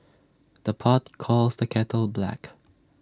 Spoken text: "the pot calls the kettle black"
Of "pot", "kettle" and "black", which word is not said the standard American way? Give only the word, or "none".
none